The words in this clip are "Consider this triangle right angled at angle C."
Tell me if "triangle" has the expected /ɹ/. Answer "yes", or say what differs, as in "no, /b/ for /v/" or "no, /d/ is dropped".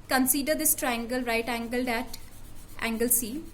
yes